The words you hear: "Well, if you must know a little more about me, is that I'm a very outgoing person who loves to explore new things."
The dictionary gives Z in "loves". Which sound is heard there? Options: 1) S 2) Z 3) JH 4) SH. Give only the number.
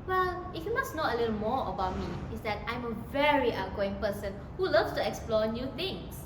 1